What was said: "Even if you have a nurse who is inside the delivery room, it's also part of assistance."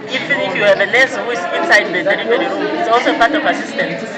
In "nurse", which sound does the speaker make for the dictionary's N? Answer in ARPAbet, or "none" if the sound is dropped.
L